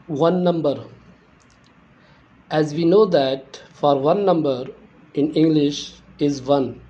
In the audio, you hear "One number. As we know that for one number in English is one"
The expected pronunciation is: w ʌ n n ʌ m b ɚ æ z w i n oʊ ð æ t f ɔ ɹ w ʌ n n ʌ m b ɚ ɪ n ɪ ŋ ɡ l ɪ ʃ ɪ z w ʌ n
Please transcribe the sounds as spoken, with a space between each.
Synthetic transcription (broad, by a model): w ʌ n n ʌ m b ɚ æ z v i n oʊ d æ t f ɔ ɹ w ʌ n n ʌ m b ɚ ɪ n ɪ ŋ ɡ l ɪ ʃ ɪ z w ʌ n